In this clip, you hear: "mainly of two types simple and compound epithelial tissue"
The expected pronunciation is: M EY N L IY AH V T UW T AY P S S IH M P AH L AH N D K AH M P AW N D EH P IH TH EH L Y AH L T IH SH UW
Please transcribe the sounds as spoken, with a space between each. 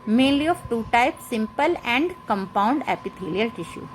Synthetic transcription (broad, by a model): M EY N L IY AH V T UW T AY P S S IH M P AH L AH N D K AH M P AW N D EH P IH T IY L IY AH L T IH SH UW